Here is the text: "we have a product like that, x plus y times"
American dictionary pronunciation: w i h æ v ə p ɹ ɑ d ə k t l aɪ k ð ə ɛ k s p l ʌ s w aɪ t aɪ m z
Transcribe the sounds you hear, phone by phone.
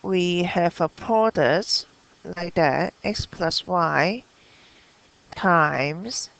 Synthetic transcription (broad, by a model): w i h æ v ə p ɑ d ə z l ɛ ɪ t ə ɛ k s p l ʌ s w aɪ t aɪ m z